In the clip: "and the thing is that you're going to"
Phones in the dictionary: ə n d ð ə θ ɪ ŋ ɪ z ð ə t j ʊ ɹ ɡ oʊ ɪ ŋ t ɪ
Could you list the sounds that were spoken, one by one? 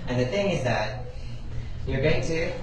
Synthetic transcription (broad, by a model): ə n ð ə θ ɪ ŋ ɪ z ð ə t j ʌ ɹ ɡ oʊ ɪ ŋ t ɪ